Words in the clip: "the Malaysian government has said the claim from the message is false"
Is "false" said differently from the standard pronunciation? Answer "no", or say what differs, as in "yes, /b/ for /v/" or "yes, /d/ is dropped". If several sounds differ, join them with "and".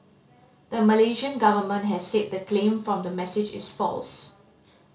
no